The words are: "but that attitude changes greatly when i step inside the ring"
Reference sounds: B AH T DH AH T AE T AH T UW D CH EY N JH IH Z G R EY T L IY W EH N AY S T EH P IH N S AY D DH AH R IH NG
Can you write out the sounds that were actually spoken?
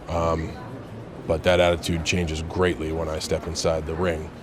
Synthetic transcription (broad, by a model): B AH T DH AH T AE T AH T UW D CH EY N JH IH Z G R EY T L IY W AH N AY S T EH P IH N S AY D DH AH R IH NG